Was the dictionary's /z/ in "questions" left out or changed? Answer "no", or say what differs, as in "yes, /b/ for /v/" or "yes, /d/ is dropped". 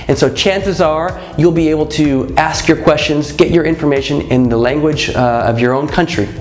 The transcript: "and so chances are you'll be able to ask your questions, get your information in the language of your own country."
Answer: no